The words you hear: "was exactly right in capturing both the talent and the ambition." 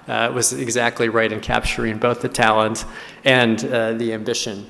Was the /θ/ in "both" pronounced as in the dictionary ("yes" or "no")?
yes